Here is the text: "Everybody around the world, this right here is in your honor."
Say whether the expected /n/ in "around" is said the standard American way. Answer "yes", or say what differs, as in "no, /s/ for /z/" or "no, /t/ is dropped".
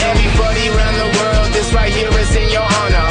yes